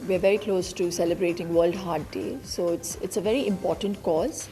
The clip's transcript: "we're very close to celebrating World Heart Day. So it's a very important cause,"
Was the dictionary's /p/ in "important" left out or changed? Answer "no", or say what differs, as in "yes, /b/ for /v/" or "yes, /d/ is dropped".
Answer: no